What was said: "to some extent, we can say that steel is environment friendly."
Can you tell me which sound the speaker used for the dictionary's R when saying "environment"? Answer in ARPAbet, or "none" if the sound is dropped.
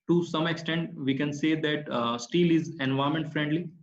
none